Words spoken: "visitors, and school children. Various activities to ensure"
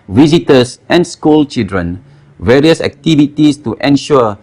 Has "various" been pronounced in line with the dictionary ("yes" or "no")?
yes